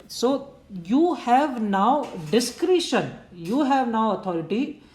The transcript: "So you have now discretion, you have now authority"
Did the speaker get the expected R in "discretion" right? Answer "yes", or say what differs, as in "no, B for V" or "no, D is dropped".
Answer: yes